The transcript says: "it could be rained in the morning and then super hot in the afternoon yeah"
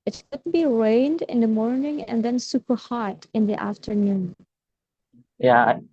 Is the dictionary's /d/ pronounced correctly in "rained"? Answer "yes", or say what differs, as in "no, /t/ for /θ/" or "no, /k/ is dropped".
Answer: yes